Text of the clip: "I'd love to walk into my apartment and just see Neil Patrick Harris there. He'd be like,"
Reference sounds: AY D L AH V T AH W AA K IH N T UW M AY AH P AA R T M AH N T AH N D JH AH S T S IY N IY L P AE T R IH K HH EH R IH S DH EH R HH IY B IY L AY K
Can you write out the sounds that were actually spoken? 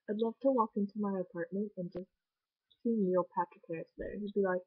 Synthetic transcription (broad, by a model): AY D L AH V T AH W AA K IH N T UW M AY AH P AA R T M AH N T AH N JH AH S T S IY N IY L P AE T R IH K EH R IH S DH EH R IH B IY L AY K